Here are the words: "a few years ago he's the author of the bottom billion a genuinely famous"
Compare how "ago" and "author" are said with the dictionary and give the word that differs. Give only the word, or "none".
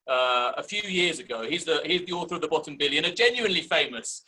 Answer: none